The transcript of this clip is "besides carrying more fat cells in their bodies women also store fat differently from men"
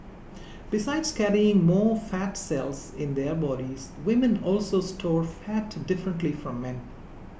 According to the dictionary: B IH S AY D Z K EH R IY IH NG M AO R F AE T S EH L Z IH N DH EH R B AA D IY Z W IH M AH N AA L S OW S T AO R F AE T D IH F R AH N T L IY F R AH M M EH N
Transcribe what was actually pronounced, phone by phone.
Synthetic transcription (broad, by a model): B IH S AY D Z K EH R IY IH NG M AO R F AE T S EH L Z IH N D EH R B AA D IY Z W IH M AH N AA L S OW S T AO R F AE T D IH F R AH N T L IY F R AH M M EH N